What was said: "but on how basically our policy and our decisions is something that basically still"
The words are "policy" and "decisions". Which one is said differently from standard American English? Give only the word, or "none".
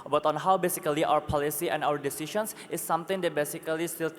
decisions